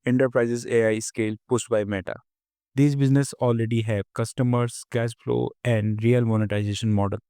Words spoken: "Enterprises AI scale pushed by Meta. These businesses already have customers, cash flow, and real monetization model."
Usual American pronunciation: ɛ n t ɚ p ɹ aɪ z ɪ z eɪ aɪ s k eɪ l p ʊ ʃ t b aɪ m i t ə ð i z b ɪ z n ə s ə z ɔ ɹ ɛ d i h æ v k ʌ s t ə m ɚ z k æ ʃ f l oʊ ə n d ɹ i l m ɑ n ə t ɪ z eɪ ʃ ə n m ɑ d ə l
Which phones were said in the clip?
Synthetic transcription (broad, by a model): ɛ n t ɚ p ɹ aɪ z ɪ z eɪ aɪ s k eɪ l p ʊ s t b aɪ m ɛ t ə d i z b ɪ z n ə s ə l ɹ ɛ d i h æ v k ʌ s t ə m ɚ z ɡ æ s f l oʊ ə n d ɹ i l m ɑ n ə t ɪ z eɪ ʃ ə n m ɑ d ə l